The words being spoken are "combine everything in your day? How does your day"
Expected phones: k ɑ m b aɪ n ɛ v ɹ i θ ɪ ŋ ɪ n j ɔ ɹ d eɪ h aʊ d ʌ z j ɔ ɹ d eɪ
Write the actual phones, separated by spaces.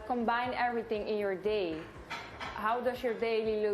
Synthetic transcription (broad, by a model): k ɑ m b aɪ n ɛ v ɹ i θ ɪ ŋ ɪ n j ɔ ɹ d eɪ h aʊ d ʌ s j ɔ ɹ d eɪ